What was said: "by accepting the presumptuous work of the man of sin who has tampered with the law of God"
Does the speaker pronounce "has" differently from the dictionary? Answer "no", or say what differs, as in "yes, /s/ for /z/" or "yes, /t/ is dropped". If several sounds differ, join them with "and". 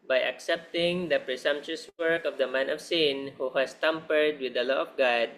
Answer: yes, /s/ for /z/